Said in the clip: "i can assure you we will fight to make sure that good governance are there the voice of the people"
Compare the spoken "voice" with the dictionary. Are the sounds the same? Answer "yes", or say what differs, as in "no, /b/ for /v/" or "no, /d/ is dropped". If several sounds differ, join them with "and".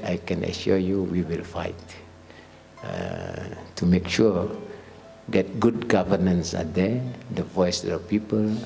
yes